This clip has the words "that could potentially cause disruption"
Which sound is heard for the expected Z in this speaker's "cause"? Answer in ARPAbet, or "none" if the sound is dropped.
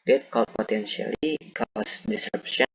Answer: S